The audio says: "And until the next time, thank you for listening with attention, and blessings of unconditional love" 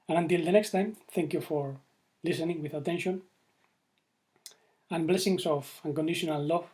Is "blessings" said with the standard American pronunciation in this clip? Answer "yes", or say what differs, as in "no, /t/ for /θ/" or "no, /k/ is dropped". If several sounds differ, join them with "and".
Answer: no, /s/ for /z/